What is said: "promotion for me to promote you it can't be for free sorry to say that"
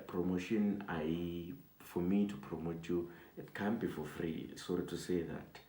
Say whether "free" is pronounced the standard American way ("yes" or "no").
yes